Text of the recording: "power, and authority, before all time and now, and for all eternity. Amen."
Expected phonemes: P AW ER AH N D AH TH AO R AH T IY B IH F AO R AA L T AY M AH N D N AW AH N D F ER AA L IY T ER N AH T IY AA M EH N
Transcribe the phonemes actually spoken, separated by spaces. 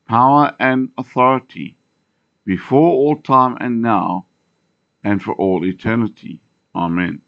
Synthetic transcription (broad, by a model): P AW ER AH N AH TH AO R AH T IY B IH F AO R AA L T AY M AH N N AW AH N F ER AA L IY T ER N AH T IY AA M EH N